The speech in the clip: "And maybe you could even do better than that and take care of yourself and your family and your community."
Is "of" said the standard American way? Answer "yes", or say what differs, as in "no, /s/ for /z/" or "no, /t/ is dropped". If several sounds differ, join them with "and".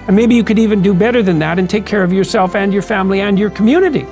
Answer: yes